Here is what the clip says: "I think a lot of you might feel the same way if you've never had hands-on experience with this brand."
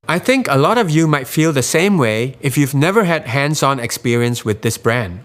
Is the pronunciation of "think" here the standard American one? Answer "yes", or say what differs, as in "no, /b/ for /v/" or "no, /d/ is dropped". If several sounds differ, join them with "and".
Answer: yes